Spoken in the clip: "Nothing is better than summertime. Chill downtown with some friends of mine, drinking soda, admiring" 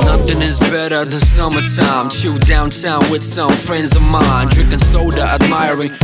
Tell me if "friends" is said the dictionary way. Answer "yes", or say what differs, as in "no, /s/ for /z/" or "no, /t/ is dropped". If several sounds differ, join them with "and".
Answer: yes